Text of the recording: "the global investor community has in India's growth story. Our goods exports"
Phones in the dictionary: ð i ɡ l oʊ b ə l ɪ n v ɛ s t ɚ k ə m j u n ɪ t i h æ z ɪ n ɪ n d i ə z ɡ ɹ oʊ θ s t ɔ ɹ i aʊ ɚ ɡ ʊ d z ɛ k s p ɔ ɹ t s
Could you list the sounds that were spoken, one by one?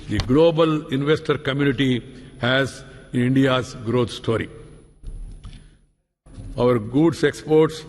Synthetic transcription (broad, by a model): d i ɡ l oʊ b ə l ɪ n v ɛ s t ɚ k ə m j u n ɪ t i h æ z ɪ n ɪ n d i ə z ɡ ɹ oʊ t s t ɔ ɹ i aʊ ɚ ɡ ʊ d s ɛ k s p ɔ ɹ t s